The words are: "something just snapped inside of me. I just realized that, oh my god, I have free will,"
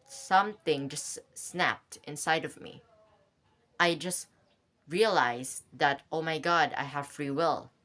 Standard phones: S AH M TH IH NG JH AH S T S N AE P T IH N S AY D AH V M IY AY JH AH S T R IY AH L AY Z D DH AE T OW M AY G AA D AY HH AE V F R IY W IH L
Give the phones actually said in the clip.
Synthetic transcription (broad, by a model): S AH M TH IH NG JH AH S T S N AE P T IH N S AY D AH V M IY AY JH AH S T R IY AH L AY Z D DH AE T OW M AY G AA D AY HH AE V F R IY W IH L